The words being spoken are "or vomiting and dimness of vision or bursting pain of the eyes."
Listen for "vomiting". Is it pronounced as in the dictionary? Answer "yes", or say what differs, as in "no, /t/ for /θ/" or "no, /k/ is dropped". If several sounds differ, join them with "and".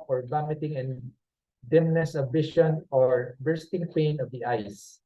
no, /b/ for /v/